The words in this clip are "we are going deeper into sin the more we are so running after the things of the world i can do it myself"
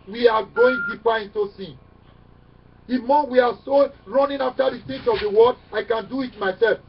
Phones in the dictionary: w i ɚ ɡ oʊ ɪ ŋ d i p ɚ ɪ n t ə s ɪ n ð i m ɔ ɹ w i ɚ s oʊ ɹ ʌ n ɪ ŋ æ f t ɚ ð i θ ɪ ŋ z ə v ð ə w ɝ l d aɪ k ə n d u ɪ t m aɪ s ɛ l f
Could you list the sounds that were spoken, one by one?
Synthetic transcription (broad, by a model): w i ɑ ɡ oʊ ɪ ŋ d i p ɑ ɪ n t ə s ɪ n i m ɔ w i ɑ s oʊ ɹ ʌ n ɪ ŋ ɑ f t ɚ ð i s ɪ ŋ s ə v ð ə w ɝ d aɪ k ə n d u ɪ t m aɪ s ɛ l f